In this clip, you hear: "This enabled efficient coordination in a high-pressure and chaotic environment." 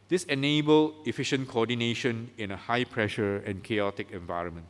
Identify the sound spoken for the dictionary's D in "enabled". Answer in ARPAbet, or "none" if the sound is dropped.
none